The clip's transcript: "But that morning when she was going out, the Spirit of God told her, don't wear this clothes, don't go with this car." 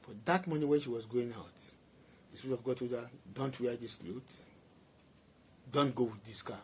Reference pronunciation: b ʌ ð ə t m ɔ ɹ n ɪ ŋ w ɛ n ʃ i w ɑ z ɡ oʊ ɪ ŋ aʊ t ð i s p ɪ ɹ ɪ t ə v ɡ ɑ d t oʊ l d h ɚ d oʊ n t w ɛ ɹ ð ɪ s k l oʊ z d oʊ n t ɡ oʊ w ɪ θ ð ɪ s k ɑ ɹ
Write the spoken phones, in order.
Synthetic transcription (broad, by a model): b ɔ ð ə t m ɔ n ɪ w ɛ n ʃ i w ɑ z ɡ oʊ ɪ ŋ aʊ t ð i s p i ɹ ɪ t ə v ɡ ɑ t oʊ d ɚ d oʊ n t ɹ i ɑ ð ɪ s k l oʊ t d oʊ n t ɡ oʊ w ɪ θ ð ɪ s k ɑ